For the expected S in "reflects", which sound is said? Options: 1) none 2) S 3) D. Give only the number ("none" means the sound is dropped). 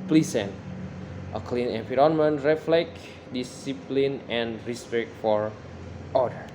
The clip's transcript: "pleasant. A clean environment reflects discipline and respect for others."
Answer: 1